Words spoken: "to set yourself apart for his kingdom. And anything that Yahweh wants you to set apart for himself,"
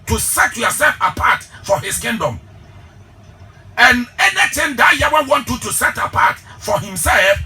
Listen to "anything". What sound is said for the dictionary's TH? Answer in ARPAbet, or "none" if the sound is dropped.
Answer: T